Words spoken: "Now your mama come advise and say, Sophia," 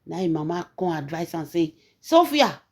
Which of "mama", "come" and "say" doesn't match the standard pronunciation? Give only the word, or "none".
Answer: come